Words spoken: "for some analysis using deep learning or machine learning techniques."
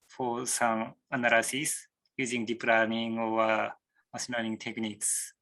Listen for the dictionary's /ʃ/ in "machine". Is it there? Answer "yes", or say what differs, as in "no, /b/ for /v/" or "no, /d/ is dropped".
no, /s/ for /ʃ/